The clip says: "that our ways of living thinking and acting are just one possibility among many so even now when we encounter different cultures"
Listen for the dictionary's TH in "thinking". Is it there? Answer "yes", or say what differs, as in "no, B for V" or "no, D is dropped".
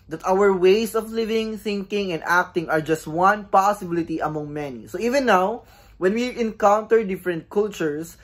yes